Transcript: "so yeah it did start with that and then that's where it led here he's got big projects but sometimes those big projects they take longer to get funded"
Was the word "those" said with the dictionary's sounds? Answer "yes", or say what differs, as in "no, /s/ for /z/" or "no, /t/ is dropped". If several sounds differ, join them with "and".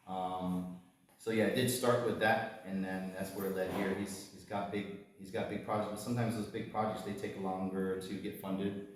yes